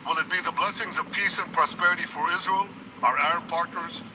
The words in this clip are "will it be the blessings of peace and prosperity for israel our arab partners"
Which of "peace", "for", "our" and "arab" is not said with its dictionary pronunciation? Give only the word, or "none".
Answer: arab